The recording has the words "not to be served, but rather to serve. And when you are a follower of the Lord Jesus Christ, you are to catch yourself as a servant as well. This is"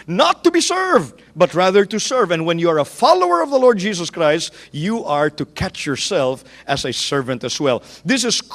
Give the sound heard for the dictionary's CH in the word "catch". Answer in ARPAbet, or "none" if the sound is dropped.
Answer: CH